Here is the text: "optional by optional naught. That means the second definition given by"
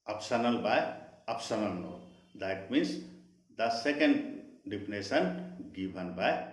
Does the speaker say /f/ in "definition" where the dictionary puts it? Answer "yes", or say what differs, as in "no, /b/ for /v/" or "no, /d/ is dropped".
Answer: no, /p/ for /f/